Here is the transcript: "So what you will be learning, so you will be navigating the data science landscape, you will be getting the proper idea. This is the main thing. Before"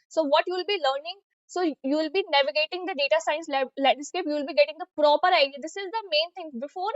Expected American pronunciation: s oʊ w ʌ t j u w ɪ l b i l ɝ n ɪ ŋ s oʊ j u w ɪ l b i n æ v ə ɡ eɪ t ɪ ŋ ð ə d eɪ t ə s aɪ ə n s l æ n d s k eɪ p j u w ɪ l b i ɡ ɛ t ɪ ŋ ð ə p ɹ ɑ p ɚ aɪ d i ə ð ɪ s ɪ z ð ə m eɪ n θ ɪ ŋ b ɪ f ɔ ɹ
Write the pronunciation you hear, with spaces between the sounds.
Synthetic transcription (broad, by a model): s oʊ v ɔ t j u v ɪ l b i l ɝ n ɪ ŋ s oʊ j u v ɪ l b i n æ v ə ɡ eɪ t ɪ ŋ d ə d eɪ t ə s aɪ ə n s l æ l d s k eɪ p j u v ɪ l b i ɡ ɛ t ɪ ŋ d ə p ɹ ɑ p ɚ aɪ d i ə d ɪ s ɪ z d ə m eɪ n t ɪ ŋ b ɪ f ɔ ɹ